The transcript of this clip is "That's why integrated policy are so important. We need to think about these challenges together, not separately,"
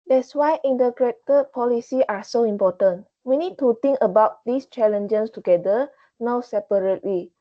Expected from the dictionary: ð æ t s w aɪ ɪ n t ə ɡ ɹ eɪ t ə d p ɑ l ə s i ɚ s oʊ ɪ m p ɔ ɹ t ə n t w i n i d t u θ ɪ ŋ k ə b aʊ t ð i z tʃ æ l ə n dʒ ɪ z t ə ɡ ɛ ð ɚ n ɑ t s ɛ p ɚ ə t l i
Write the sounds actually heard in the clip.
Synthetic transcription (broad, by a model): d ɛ t s w aɪ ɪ n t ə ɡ ɹ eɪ t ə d p ɑ l ə s i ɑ s oʊ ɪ m p ɔ t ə n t w i n i d t u t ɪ ŋ k ə b aʊ t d i s tʃ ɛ l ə n dʒ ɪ s t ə ɡ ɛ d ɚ n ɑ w s ɛ p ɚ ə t l i